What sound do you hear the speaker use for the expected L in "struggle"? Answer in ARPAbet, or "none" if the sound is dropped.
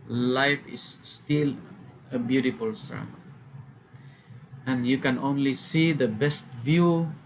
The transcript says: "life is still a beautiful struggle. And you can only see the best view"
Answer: N